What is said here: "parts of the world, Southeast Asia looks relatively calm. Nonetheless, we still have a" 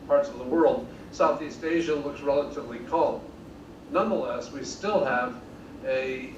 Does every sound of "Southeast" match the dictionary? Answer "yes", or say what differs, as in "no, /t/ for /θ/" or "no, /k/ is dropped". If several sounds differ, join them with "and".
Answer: yes